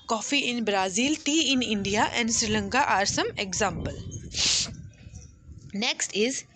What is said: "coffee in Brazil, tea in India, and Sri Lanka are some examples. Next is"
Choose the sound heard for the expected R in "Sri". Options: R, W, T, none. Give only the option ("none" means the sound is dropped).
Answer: R